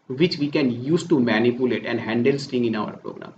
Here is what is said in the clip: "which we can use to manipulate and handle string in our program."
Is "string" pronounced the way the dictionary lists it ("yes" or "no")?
no